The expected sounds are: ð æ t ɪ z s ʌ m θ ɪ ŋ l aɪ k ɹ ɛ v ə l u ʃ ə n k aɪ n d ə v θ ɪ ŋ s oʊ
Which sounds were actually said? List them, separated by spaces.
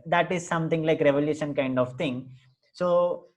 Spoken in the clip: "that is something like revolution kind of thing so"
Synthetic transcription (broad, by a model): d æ t ɪ z s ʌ m t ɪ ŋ l aɪ k ɹ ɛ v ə l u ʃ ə n k aɪ n d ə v t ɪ ŋ s oʊ